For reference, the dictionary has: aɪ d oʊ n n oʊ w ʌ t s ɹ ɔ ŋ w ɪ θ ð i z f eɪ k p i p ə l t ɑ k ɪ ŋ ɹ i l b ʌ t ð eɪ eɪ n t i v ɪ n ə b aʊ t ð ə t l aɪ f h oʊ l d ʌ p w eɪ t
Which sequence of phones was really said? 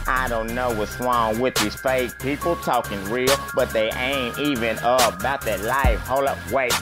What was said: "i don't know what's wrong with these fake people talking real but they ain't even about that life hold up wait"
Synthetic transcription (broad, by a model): aɪ d oʊ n n oʊ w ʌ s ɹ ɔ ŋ w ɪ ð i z f eɪ k p i p l t ɑ k ɪ ŋ ɹ i l b ʌ t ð eɪ eɪ n t i v ɪ n ə b aʊ t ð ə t l aɪ f h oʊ l ʌ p w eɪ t